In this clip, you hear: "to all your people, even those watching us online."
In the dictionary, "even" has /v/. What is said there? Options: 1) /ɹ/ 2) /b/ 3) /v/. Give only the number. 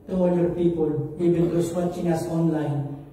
2